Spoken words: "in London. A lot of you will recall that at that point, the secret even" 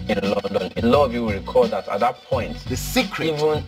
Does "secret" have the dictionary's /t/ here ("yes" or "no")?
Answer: no